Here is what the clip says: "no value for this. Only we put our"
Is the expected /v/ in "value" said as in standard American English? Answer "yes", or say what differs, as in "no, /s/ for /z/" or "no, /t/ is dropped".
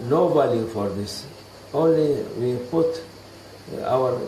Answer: no, /b/ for /v/